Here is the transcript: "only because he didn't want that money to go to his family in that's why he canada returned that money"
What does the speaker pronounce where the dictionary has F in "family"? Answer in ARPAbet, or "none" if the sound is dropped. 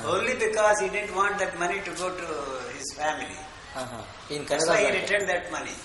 F